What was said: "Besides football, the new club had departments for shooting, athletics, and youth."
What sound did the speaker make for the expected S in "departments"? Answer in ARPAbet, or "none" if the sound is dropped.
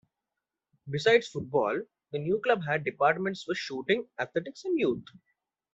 S